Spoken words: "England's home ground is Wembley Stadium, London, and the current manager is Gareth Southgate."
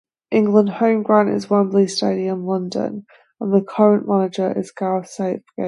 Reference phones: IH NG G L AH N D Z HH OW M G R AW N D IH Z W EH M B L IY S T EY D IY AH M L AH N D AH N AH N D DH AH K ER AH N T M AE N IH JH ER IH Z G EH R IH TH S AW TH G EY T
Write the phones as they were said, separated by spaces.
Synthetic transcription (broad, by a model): IH NG G L AH N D HH OW M G R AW N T IH Z W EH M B L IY S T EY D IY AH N L AH N D AH N AH N DH AH K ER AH N M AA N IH JH ER IH Z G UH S IH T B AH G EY